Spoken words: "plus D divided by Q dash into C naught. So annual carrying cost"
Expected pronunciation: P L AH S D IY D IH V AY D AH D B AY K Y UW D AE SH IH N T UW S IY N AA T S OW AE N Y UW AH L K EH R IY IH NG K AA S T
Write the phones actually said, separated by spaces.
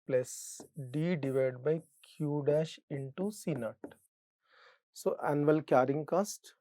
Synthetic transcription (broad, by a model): P L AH S D IY D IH V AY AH D B AY K Y UW D AE SH IH N T UW S IY N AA T S OW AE N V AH L K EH R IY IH NG K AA S T